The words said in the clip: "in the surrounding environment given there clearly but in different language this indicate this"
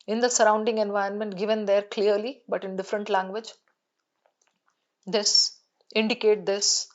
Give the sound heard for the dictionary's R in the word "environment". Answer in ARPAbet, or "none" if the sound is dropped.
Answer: none